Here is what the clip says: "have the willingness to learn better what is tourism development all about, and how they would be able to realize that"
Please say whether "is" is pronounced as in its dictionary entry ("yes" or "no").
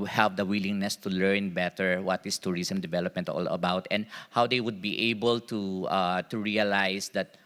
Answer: no